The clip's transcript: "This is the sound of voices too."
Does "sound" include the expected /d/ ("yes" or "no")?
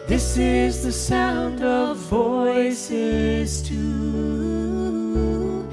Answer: yes